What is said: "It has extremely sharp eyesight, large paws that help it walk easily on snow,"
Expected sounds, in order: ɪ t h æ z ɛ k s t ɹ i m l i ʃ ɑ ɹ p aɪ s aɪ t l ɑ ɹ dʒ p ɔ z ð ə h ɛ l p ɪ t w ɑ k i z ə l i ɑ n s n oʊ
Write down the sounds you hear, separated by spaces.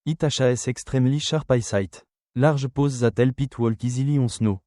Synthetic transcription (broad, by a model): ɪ t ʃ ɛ s ɛ k s t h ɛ m l i ʃ ɑ ɹ p aɪ s aɪ t l ɑ ɹ ʒ p ɔ z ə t ɛ l p ɪ t w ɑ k i z ə l i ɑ s n oʊ